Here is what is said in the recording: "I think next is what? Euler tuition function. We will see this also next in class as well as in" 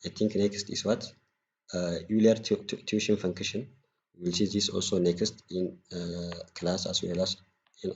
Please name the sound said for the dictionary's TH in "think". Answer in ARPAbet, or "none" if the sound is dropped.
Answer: T